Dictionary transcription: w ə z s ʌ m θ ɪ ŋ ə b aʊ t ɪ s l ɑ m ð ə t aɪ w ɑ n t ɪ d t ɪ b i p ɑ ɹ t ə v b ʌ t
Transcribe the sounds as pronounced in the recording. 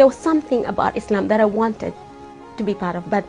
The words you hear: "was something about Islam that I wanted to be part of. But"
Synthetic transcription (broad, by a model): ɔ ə s ʌ m θ ɪ ŋ ə b aʊ t ɪ s l ɑ m ð ə t aɪ w ɑ n t ɪ d t ɪ b i p ɑ ɹ t ə v b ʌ t